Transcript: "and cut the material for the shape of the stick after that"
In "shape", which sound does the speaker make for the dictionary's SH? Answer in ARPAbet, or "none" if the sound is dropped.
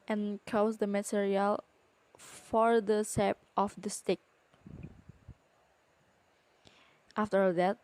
S